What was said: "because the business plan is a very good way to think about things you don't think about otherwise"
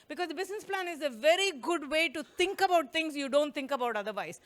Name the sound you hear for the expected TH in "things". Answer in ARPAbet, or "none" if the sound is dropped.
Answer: T